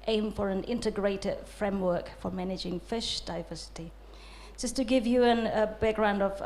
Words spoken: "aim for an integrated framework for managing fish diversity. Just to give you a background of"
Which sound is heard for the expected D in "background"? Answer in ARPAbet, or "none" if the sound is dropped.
D